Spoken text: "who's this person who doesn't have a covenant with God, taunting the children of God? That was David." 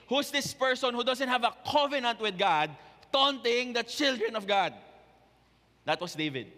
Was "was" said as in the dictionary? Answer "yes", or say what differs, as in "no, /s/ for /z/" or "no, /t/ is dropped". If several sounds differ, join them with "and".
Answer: no, /s/ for /z/